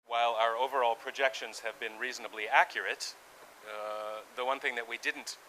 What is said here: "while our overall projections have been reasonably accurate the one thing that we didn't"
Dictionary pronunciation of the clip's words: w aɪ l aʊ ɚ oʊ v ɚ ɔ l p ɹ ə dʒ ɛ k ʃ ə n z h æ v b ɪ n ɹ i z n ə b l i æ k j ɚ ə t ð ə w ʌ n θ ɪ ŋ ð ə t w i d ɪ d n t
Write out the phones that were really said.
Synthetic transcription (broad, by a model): w aɪ l aʊ ɚ oʊ v ɚ ɔ l p ɹ ə dʒ ɛ k ʃ ə n z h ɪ v b ɪ n ɹ i z n ə b l i æ k j ɚ ə t ð ə w ʌ n θ ɪ ŋ ð ə t w i d ɪ d n t